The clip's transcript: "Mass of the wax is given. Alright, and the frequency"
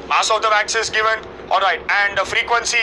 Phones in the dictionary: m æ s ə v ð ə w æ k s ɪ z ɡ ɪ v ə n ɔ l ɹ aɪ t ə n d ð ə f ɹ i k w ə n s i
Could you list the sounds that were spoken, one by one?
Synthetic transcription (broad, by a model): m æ s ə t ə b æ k s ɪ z ɡ ɪ v ə n ɔ l ɹ aɪ t ə n d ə f ɹ i k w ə n s i